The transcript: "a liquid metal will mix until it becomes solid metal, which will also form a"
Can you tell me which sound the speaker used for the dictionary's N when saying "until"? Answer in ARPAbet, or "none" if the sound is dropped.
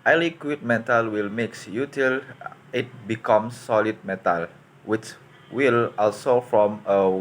none